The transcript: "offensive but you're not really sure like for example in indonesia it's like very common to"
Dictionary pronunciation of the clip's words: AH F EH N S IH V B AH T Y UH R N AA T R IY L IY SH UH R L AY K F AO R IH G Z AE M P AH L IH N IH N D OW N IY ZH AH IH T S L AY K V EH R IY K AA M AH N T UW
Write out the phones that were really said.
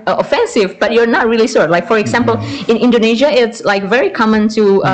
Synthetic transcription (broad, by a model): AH F EH N S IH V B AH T Y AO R N AA T R IY L IY S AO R L AY K F AO R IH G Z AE M P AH L IH N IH N D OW N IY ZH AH IH T S L AY K V EH R IY K AA M AH N T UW